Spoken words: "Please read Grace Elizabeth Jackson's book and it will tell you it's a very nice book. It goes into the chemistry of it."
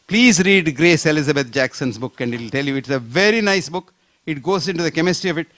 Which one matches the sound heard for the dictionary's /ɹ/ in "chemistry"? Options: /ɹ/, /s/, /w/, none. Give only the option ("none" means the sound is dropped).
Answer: /ɹ/